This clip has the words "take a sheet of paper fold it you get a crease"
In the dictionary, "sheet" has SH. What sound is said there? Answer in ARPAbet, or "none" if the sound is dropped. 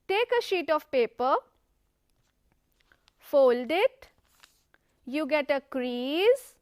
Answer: SH